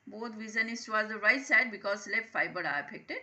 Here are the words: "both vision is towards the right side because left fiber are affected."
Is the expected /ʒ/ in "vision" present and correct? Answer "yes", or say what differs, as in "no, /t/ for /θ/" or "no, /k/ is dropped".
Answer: no, /z/ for /ʒ/